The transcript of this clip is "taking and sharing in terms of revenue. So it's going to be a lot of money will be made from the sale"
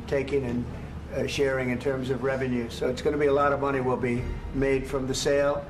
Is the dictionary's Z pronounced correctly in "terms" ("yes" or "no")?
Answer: yes